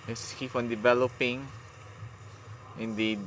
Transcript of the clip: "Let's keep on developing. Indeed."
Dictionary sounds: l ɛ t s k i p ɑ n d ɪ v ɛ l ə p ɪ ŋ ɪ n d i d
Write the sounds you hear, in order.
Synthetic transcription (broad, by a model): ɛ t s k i f ɑ n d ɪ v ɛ l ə p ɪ ŋ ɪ n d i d